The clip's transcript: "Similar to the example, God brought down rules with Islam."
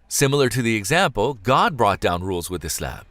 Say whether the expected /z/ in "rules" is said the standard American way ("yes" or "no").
yes